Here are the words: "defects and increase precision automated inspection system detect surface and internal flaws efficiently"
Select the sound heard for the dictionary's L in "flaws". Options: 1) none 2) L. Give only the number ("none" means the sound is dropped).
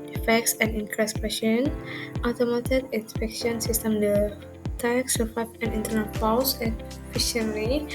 1